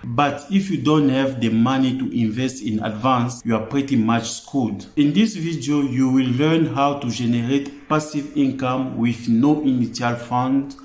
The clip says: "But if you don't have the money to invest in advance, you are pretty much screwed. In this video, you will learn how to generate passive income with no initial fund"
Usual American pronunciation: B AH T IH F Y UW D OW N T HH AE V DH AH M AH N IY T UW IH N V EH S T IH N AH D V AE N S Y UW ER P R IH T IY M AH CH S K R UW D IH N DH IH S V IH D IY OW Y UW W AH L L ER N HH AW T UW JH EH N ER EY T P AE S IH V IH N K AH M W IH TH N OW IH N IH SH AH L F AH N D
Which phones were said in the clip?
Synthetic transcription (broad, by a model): B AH T IH F Y UW D OW N T HH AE V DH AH M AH N IY T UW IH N V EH S T IH N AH D V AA N S Y UW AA P R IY T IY M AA CH S K UW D IH N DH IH S V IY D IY OW Y UW W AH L L ER N HH AW T UW JH EH N ER EY T P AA S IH V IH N K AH M W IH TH N OW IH N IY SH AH L F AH N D